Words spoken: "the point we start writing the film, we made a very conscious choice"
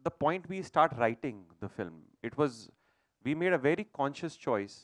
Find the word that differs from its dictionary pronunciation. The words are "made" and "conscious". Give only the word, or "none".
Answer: none